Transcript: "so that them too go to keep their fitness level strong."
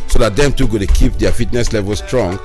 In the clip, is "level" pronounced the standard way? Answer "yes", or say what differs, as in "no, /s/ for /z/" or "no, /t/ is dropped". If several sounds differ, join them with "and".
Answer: yes